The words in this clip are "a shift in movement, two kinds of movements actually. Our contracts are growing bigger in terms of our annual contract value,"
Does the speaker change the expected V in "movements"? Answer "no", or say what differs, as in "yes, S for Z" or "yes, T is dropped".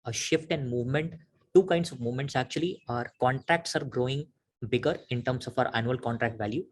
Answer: no